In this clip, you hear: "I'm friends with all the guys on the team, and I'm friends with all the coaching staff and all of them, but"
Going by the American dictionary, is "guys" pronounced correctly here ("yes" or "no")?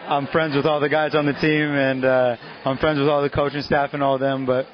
yes